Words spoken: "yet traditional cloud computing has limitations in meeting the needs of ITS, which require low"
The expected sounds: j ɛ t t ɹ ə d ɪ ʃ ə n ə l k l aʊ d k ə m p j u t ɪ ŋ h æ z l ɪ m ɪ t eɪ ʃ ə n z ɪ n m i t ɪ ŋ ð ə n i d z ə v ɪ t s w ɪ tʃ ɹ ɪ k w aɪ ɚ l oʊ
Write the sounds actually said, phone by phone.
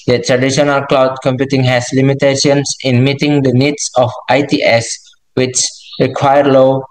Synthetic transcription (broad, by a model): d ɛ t t ɹ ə d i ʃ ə n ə l k l aʊ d k ə m p j u t ɪ ŋ h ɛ s l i m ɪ t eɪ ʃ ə n s ɪ n m i t ɪ ŋ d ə n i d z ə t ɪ t s w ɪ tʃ ɹ ɪ k w aɪ ɚ l oʊ